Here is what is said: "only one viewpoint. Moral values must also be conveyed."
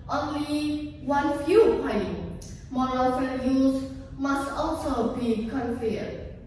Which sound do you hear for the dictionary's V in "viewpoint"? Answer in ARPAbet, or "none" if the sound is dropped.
F